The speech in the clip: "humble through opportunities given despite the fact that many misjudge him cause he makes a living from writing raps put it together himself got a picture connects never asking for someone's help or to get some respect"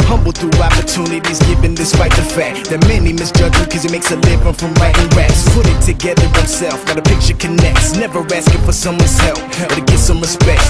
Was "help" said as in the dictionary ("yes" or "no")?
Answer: yes